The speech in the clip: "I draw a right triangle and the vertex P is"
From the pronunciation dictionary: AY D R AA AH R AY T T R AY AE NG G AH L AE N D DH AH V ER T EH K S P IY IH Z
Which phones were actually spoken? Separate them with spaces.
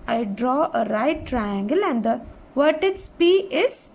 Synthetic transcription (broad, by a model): AY D R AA AH R AY T T R AY AE NG G AH L AE N D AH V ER T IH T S P IY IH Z